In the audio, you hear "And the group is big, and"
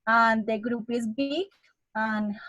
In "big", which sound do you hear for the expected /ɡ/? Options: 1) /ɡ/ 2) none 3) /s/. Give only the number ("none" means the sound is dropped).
2